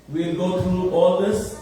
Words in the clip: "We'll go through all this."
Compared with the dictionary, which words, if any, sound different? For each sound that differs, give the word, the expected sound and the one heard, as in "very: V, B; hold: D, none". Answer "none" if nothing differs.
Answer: through: TH, T